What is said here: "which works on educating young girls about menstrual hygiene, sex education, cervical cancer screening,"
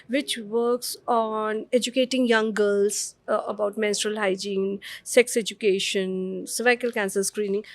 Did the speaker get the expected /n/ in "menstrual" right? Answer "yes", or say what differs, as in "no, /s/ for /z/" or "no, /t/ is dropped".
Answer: yes